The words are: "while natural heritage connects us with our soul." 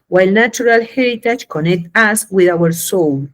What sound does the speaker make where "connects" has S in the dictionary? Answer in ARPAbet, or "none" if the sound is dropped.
none